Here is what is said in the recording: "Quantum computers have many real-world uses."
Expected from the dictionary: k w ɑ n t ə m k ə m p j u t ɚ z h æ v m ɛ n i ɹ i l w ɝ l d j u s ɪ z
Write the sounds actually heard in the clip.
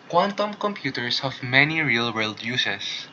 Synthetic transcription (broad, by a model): k w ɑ n t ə m k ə m p j u t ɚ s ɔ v m ɛ n i ɹ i l w ɝ l d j u s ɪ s